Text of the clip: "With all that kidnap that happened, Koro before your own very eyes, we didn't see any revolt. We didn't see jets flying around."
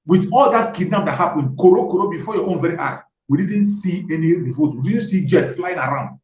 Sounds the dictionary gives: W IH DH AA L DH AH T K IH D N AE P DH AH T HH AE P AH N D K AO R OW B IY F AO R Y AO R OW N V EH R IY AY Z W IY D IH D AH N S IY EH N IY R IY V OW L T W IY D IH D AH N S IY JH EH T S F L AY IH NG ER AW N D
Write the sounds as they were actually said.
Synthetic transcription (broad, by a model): W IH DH AA L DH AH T K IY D N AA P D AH T HH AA P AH N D K AO R OW B IY F AO Y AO OW N V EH R IY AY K W IY D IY D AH N S IY EH N IY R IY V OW T W IY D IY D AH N S IY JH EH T F L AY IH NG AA AW N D